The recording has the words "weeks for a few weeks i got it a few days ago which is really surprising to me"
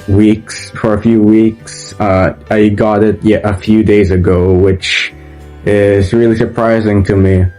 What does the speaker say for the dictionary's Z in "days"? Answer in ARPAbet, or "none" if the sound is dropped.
Z